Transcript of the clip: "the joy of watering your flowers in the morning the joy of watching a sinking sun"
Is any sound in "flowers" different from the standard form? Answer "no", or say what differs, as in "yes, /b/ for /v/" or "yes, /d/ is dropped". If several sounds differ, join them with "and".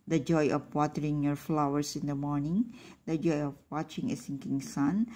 yes, /s/ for /z/